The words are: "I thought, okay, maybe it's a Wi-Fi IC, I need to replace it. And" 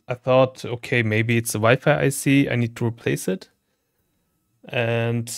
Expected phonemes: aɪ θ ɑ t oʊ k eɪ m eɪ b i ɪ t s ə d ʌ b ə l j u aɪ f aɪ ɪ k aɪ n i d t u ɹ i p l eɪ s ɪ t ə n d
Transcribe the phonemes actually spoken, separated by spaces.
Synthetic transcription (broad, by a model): aɪ θ ɑ t oʊ k eɪ m eɪ b i ɪ t s ə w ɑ ə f aɪ aɪ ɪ aɪ n i d t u ɹ i p l eɪ s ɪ t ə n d